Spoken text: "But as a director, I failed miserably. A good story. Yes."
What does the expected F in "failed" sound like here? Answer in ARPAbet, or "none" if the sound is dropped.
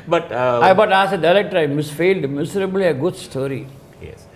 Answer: F